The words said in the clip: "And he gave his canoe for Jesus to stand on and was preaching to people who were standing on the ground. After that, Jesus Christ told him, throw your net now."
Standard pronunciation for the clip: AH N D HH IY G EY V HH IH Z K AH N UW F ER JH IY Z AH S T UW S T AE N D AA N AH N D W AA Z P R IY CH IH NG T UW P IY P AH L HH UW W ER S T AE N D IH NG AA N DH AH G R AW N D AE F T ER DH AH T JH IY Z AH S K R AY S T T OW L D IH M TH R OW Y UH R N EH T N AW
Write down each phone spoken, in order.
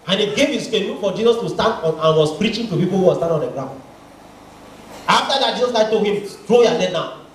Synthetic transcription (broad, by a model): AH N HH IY G EY V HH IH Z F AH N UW F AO JH IY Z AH S T UW S T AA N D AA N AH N W AA S P R IY CH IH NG T UW P IY P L HH UW W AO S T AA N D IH AA N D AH G R AW N D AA F T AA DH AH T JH IY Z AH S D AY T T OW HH IH M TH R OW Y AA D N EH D N AW